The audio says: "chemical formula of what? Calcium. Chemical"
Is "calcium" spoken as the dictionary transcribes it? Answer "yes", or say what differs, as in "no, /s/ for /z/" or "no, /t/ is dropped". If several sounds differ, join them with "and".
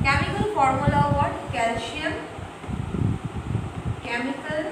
no, /ʃ/ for /s/